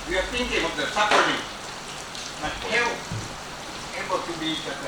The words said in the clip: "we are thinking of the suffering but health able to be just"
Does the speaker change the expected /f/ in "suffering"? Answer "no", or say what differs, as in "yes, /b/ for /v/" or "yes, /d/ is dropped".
yes, /p/ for /f/